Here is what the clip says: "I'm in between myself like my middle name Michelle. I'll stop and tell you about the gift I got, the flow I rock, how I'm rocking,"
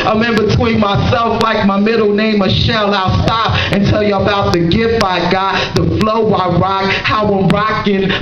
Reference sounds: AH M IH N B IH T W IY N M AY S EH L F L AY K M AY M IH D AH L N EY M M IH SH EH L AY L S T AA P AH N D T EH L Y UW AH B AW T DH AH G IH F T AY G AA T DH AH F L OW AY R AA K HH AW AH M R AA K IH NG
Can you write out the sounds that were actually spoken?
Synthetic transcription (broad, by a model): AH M IH N B IH T W IY N M AY S EH L F L AY K M AY M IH D L N EY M M IH SH EH L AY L S T AA P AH N T EH L Y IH AH B AW T DH AH G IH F AY G AA T DH AH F L OW AY R AA K HH AW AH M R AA K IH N